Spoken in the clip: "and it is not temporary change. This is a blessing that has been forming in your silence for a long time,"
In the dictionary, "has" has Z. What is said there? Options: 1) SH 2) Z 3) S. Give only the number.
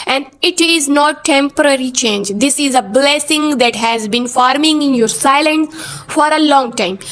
2